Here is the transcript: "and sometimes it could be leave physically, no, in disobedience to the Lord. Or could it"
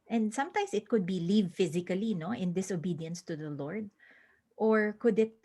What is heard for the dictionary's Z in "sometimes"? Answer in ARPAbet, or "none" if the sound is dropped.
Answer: S